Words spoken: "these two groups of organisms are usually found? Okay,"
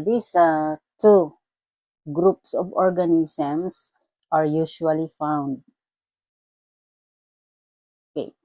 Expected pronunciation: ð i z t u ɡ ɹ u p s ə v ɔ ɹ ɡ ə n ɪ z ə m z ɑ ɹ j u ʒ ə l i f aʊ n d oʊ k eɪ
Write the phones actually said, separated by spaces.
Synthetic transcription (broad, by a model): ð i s t u ɡ ɹ u p s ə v ɔ ɹ ɡ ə n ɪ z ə m s ɑ ɹ j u ʃ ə l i f aʊ n d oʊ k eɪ